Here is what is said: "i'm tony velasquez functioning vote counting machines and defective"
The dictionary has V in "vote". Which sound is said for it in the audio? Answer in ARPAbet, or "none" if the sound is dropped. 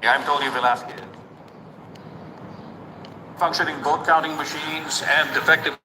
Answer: B